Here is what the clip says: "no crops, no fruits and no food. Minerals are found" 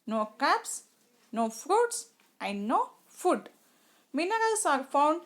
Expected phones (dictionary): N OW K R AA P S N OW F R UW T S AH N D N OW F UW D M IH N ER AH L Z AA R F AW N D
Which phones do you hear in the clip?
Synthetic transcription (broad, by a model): N OW K AA P S N OW F R UW T S AH N D N OW F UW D M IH N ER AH L S AA R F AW N D